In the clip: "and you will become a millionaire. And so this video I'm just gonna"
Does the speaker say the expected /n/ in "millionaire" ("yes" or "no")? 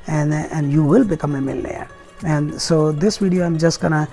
no